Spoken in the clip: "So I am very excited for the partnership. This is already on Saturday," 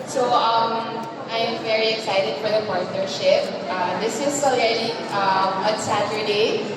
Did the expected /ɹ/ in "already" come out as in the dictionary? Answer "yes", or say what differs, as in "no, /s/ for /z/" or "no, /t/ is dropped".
no, /ɹ/ is dropped